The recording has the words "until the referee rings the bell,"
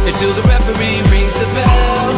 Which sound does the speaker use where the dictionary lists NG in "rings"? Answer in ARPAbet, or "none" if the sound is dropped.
none